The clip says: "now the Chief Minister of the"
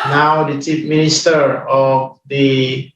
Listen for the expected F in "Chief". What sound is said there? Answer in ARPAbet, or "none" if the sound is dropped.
P